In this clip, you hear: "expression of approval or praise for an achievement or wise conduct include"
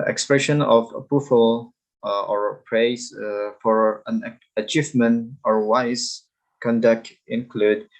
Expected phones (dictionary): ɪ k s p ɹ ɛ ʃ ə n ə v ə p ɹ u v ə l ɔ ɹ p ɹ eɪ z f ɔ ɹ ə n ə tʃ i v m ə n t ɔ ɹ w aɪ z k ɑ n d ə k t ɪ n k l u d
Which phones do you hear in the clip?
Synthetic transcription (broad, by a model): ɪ k s p ɹ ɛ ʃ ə n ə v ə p u f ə l ɔ ɹ p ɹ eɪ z f ɔ ɹ ə n ə tʃ i v m ə n t ɔ ɹ w aɪ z k ɑ n d ə k t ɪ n k l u d